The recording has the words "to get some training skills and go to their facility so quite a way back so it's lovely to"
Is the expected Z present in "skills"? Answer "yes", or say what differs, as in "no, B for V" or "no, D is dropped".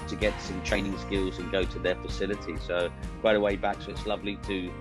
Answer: yes